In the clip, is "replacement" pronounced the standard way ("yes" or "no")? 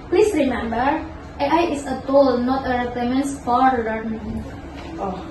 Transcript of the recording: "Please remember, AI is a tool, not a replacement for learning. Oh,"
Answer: no